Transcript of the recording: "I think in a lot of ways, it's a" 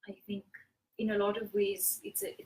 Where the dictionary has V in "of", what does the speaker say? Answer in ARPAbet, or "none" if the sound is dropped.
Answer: V